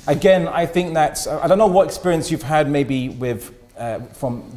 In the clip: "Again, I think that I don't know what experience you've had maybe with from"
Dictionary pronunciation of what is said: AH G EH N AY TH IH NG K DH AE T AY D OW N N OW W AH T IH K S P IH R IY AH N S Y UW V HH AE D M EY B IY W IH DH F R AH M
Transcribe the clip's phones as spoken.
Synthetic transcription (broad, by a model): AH G EH N AY TH IH NG K DH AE T AY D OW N N OW W AH T IH K S P IH R IY AH N S Y UW V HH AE D M EY B IY W IH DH F R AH M